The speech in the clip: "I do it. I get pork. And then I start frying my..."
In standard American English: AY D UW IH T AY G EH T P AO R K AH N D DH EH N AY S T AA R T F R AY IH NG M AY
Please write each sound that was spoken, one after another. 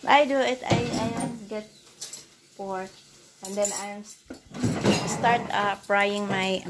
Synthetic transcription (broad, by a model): AY D UW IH T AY G EH T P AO R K AH N D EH N AY S T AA R T P R AY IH NG M AY